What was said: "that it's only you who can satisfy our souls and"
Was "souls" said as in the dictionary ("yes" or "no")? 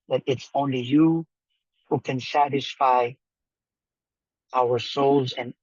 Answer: yes